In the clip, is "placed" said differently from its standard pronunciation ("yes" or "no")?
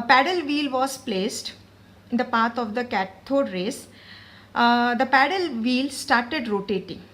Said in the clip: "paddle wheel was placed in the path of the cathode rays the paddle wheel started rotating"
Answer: no